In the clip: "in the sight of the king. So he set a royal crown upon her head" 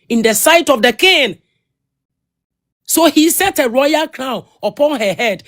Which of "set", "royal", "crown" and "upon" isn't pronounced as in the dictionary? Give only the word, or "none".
crown